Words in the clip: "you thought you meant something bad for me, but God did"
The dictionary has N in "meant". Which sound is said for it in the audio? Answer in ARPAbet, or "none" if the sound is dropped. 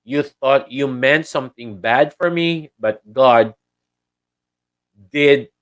N